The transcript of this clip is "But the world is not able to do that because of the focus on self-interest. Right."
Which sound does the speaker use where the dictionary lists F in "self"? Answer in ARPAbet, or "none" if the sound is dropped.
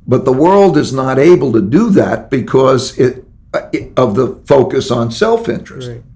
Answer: F